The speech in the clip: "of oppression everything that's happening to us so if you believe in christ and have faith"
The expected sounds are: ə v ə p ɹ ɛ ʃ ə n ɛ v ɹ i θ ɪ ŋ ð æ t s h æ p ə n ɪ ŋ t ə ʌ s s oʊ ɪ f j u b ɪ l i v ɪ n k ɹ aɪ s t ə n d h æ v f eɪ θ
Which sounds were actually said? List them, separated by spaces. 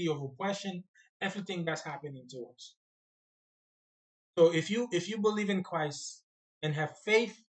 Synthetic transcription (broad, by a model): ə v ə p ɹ ɛ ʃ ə n ɛ v ɹ i θ ɪ ŋ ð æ t s h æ p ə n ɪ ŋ t ə ʌ s s oʊ ɪ f j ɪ b ɪ l i v ɪ n k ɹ aɪ s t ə n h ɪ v f eɪ θ